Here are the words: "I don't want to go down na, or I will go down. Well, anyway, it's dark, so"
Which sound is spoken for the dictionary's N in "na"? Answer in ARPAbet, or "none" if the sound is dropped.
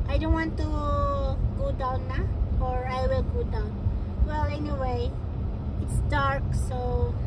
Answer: L